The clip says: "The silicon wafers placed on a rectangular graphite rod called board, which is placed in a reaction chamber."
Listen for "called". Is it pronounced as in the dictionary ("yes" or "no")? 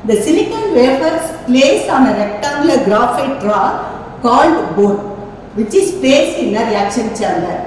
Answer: yes